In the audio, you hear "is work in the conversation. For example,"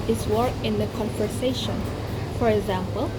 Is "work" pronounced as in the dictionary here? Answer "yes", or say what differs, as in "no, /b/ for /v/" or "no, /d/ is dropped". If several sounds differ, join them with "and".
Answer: no, /k/ is dropped